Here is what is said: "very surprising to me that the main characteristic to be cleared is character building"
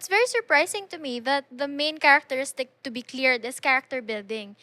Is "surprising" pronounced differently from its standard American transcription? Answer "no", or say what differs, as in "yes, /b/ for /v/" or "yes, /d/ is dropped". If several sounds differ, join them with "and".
yes, /s/ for /z/